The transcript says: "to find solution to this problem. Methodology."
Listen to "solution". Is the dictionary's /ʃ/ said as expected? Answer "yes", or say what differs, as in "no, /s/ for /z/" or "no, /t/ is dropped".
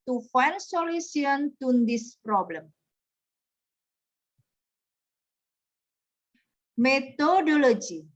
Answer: no, /s/ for /ʃ/